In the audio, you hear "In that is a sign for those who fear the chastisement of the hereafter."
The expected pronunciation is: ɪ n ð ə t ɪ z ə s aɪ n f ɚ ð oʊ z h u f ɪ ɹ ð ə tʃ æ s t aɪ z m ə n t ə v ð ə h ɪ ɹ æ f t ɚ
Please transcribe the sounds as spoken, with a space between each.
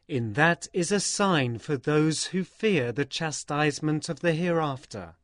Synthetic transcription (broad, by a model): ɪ n ð ə t ɪ z ə s aɪ n f ɚ ð oʊ z h u f ɪ ɹ ð ə tʃ æ s t aɪ z m ə n t ə v ð ə h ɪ ɹ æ f t ɚ